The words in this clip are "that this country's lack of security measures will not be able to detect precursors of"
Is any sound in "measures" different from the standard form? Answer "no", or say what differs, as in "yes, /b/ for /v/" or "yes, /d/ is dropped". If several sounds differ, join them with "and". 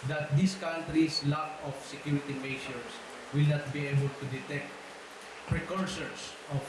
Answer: yes, /ʃ/ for /ʒ/ and /s/ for /z/